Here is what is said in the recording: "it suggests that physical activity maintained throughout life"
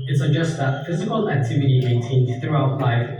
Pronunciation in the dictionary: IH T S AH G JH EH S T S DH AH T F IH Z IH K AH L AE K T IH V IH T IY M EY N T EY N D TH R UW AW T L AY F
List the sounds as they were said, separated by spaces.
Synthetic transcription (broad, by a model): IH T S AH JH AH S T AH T F IH Z IH K AH L AE K T IH V IH T IY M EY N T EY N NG TH R UW AW T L AY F